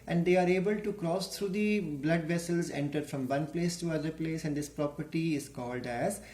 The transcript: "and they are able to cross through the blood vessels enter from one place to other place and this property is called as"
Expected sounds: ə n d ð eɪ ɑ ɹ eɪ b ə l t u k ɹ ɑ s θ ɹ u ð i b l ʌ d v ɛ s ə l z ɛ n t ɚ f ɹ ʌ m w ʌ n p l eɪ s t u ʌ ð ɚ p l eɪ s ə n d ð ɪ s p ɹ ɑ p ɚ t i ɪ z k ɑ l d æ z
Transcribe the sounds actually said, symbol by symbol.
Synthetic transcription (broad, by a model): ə n d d eɪ ɑ ɹ eɪ b ə l t u k ɹ ɑ s t ɹ u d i b l ʌ d v ɛ s ə l z ɛ n t ɚ f ɹ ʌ m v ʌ n p l eɪ s t u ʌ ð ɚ p l eɪ s ə n d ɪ s p ɹ ɑ p ɚ t i ɪ z k ɑ l d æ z